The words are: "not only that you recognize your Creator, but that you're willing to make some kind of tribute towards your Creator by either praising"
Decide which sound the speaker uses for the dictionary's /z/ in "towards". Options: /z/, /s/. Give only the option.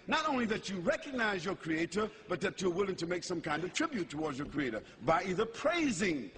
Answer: /z/